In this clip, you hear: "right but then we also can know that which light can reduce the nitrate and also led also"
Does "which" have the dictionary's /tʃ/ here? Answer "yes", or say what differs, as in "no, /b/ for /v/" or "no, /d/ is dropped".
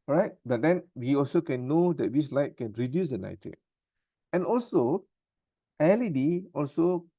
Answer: no, /s/ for /tʃ/